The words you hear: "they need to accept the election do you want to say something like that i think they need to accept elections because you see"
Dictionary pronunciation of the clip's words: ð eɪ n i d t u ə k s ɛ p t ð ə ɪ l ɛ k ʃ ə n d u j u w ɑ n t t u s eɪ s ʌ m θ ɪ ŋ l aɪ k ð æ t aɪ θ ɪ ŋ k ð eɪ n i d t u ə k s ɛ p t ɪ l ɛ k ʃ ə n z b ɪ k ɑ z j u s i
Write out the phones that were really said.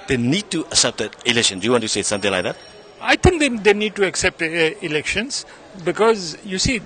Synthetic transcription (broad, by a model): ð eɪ n i d t u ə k s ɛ p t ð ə ɪ l ɛ k ʃ ə n d u j u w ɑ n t t u s eɪ s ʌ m t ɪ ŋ l aɪ k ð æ t aɪ t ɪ ŋ k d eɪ n i d t u ə k s ɛ p t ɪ l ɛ k ʃ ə n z b ɪ k ɑ z j u s i